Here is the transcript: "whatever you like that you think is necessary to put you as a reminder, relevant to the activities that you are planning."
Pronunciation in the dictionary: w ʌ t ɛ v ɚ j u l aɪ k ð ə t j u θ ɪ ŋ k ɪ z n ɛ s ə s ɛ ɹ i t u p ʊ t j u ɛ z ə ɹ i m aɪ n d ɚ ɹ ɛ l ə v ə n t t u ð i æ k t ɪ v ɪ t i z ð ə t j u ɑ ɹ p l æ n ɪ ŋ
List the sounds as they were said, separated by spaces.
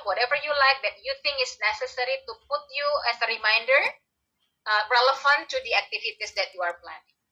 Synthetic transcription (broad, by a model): w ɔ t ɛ v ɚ j u l aɪ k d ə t j u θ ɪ ŋ k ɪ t n ɛ s ə s ɛ ɹ i t u p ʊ t j u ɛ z ə ɹ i m aɪ n d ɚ ɹ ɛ l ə f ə n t t u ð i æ k t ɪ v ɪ t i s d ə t j u ɑ ɹ p l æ n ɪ ŋ